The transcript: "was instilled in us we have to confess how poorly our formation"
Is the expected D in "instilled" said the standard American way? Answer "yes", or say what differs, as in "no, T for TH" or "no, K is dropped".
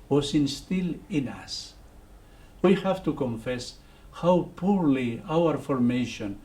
no, D is dropped